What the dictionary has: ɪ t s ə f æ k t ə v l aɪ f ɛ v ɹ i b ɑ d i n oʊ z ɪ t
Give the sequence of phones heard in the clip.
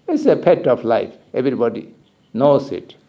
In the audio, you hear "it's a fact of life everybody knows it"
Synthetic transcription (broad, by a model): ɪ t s ə p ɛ t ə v l aɪ f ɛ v ɹ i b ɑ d i n oʊ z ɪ t